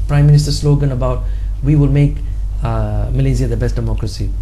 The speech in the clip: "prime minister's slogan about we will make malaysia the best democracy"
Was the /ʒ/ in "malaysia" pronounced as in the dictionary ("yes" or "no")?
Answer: no